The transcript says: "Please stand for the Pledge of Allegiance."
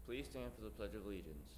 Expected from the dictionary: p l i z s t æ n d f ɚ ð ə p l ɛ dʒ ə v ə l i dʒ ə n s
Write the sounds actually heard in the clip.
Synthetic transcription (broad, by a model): p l i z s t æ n f ɚ ð ə p l ɛ dʒ ə v l i dʒ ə n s